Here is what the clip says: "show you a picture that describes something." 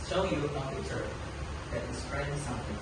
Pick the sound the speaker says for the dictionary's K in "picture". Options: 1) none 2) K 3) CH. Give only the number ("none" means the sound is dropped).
1